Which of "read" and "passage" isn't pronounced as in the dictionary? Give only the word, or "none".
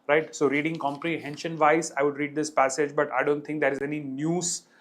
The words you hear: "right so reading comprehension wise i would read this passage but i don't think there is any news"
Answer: none